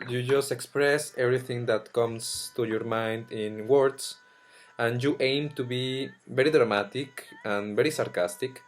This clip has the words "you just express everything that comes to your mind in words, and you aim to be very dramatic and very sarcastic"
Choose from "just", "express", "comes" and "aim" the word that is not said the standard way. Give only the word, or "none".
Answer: comes